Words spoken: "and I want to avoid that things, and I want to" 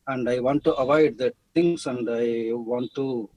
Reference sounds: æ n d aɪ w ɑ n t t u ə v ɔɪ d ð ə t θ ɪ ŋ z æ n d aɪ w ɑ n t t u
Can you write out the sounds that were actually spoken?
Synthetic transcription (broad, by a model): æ n d aɪ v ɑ n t t u ə v ɔɪ d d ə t t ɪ ŋ s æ n d aɪ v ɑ n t t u